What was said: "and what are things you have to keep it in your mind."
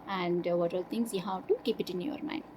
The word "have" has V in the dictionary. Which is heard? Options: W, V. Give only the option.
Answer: W